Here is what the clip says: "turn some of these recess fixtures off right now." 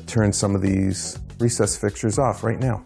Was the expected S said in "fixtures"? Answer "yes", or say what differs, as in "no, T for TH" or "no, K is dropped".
no, S is dropped